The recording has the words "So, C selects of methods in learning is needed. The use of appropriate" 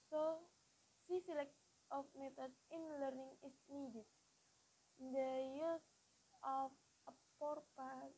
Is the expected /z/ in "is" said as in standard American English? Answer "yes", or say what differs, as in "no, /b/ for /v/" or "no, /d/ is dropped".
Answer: no, /s/ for /z/